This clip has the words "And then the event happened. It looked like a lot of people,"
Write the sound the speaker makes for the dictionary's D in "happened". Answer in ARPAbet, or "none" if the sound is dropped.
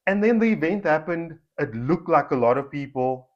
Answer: D